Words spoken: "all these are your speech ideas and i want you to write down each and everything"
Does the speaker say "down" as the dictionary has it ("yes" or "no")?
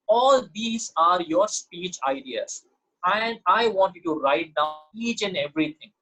no